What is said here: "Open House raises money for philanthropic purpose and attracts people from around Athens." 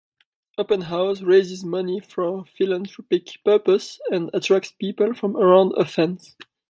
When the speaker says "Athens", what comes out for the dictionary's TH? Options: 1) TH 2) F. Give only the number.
2